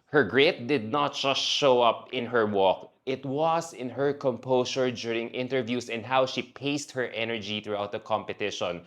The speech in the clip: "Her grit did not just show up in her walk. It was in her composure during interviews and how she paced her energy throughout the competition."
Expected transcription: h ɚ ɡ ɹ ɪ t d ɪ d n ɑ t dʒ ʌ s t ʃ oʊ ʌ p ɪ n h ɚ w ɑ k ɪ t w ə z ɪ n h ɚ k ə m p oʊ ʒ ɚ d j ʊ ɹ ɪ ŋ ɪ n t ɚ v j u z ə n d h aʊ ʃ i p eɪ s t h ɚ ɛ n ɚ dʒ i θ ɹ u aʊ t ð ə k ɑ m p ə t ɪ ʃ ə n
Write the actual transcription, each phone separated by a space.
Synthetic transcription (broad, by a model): h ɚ ɡ ɹ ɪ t d ɪ d n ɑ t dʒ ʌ s t ʃ oʊ ʌ p ɪ n h ɚ w ɑ k ɪ t w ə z ɪ n h ɚ k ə m p oʊ s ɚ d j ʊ ɹ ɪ ŋ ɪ n t ɚ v j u s ə n d h aʊ ʃ i p eɪ s t h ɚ ɛ n ɚ dʒ i θ ɹ u aʊ t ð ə k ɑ m p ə t ɪ ʃ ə n